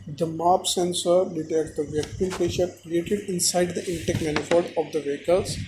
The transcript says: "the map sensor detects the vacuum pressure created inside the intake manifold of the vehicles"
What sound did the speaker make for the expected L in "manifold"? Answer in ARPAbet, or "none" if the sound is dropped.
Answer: none